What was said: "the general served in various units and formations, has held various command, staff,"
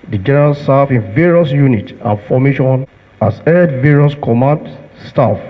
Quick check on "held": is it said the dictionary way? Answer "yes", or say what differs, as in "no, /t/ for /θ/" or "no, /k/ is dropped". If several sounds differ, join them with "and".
no, /l/ is dropped